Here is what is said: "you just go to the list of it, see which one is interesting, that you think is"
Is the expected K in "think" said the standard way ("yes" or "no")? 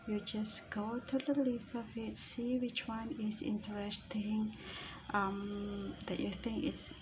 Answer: yes